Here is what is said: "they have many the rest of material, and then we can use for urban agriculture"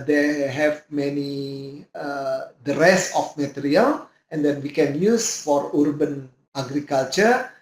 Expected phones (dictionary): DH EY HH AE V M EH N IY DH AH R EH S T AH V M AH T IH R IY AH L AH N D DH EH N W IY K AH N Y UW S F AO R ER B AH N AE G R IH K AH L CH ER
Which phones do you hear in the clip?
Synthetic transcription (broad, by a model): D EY HH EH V M EH N IY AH R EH S AH F M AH T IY R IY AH L AH N D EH N W IY K AH N Y UW S F AO R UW B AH N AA G R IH K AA L CH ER